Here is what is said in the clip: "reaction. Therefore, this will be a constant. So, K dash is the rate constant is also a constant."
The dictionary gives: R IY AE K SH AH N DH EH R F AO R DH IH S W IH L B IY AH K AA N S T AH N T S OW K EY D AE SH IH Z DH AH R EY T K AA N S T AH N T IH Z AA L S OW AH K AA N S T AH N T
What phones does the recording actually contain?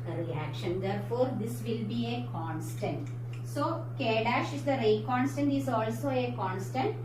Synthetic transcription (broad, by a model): R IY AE K SH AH N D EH R F AO R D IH S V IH L B IY AH K AA N S T AH N T S OW K EY D AE SH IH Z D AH R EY K AA N S T AH N T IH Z AA L S OW AH K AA N S T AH N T